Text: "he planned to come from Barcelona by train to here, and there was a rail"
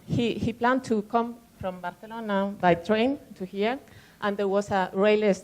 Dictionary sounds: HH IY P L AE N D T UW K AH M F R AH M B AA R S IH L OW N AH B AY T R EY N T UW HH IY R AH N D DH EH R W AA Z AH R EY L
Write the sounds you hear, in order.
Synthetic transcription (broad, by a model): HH IY P L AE N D T UW K AH M F R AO M B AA R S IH L OW N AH B AY T R EY N T UW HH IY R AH N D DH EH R W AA S AH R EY L